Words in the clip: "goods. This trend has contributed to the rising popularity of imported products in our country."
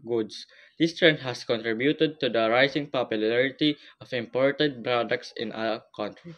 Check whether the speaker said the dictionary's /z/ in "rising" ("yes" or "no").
no